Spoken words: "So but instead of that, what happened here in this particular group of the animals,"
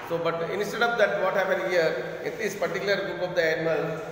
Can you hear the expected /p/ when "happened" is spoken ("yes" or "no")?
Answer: yes